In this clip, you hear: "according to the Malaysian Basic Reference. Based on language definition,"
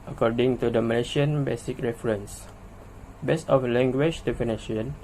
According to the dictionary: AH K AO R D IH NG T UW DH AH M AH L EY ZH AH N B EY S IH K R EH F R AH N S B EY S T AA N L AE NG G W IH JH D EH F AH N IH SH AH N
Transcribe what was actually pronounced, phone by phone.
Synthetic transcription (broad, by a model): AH K AO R D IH NG T UW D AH M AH L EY SH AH N B EY S IH K R EH F R AH N S B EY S AA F L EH NG G W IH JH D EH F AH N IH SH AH N